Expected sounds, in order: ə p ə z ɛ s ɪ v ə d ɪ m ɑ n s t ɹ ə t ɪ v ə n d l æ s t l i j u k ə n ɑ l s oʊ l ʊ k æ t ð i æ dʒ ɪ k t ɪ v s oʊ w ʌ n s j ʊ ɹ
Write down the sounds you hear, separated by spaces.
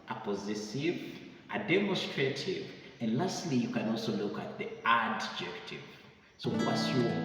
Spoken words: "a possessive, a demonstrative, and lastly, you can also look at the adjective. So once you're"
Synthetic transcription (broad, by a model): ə p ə z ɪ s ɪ v ə d ɪ m ɑ n s t ɹ ə t ɪ v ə n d l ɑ s t l i j u k ə n ɑ l s oʊ l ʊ k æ t ð i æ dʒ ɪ k t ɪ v s oʊ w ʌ s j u